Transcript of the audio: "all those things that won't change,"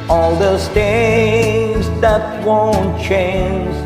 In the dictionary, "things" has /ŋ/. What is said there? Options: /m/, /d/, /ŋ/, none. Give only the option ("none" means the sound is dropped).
none